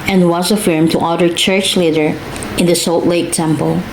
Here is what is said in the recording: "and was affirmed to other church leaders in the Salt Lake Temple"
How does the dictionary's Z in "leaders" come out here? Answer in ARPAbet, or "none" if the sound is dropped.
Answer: none